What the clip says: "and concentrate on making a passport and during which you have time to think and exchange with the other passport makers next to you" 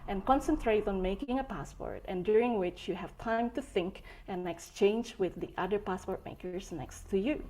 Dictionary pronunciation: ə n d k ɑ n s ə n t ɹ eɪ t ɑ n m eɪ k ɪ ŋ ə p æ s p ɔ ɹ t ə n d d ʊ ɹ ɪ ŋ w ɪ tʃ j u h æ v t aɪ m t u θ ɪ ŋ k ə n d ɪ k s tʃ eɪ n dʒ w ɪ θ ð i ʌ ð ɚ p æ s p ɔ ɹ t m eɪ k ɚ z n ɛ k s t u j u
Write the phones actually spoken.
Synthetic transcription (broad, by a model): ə n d k ɑ n s ə n t ɹ eɪ t ɑ n m eɪ k ɪ ŋ ə p æ s p ɔ ɹ t ə n d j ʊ ɹ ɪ ŋ w ɪ tʃ j u h æ v t aɪ m t u θ ɪ ŋ k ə n ɪ k s tʃ eɪ n dʒ w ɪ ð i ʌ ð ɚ p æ s p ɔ ɹ t m eɪ k ɚ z n ɛ k s t u j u